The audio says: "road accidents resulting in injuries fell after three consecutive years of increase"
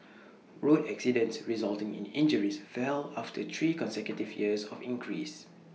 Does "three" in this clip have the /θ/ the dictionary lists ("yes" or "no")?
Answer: no